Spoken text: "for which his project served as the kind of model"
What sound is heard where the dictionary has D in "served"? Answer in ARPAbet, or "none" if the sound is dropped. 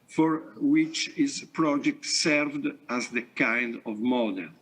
D